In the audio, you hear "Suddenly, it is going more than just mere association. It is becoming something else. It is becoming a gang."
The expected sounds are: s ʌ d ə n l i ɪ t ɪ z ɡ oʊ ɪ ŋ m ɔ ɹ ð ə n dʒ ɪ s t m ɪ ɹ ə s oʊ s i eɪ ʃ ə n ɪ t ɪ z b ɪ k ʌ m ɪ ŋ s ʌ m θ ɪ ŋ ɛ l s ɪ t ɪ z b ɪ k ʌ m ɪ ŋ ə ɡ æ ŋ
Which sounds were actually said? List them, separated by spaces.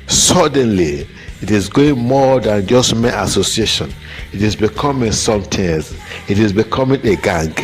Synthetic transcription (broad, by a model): s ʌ d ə n l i ɪ t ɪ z ɡ oʊ ɪ ŋ m ɔ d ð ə n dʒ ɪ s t m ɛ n ə s oʊ s i eɪ ʃ ə n ɪ t ɪ z b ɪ k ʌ m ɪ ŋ s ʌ m t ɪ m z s ɪ t ɪ z b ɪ k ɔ m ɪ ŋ ə ɡ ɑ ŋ